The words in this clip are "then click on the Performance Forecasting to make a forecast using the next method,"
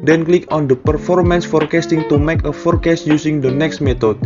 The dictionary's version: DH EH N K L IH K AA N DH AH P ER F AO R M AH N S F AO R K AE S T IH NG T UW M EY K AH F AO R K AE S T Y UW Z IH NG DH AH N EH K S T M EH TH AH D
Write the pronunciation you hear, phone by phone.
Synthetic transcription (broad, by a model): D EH N K L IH K AA N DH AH P ER F AO R M AH N S F AO R K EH S T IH NG T UW M EY K AH F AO R K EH S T Y UW S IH NG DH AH N EH K S T M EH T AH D